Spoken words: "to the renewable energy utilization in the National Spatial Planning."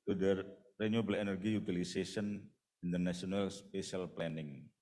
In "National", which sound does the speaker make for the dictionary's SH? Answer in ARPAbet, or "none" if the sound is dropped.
S